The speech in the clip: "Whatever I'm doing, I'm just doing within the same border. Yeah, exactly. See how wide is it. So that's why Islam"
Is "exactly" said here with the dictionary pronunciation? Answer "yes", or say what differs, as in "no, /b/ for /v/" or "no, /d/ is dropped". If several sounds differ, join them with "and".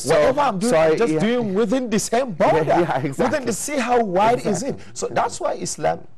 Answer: no, /l/ is dropped